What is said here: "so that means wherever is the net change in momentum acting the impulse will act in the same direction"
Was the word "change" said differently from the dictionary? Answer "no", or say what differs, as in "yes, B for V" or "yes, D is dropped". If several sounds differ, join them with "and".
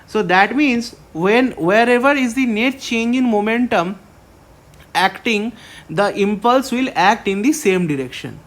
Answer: no